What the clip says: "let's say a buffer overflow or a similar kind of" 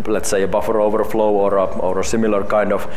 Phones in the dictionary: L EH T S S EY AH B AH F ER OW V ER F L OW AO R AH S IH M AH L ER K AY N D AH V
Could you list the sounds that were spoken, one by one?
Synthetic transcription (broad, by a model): L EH T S S EY AH B AH F ER OW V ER F L OW AO R AH S IH M AH L ER K AY N D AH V